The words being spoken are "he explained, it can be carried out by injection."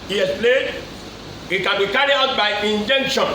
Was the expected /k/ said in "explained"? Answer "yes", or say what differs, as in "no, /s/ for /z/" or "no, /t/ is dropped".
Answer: no, /k/ is dropped